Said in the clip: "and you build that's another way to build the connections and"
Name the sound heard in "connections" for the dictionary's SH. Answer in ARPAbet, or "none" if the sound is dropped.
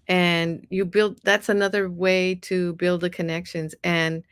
SH